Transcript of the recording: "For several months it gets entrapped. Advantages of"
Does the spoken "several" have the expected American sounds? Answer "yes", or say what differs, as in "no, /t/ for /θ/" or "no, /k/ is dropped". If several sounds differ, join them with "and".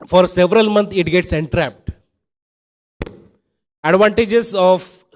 yes